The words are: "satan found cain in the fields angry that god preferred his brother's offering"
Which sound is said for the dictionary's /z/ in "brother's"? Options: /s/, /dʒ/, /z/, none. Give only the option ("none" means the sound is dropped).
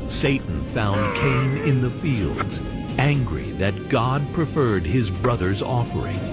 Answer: /z/